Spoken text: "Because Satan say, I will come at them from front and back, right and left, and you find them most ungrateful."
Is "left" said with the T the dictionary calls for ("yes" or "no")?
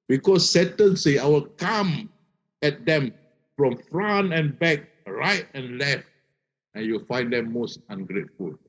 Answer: yes